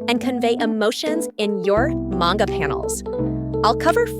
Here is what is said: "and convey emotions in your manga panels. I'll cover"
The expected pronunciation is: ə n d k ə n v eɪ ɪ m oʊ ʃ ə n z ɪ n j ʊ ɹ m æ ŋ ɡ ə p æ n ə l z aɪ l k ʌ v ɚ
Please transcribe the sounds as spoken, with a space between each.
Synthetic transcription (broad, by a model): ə n k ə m v eɪ ɪ m oʊ ʃ ə n z ɪ n j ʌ ɹ m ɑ ŋ ɡ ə p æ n l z aɪ l k ʌ v ɚ